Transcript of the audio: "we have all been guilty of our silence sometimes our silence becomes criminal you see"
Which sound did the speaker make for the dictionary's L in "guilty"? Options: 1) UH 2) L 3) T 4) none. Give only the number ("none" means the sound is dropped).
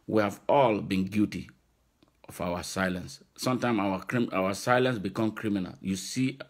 4